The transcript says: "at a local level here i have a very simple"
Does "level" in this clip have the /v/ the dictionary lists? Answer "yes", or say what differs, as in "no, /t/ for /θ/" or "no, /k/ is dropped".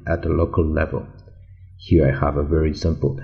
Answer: yes